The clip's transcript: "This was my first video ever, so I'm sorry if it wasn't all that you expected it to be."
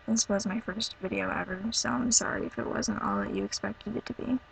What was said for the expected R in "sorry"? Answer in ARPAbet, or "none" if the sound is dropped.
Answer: R